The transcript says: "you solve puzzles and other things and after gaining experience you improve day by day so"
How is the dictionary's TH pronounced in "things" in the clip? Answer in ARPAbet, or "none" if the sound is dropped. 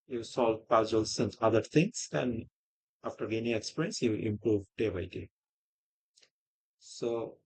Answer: T